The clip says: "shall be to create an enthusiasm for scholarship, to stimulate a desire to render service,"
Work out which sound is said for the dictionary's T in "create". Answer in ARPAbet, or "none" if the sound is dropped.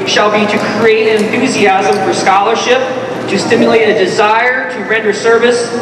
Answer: none